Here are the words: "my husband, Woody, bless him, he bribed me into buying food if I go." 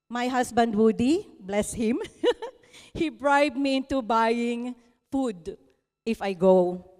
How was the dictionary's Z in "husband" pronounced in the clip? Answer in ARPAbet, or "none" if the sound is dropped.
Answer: S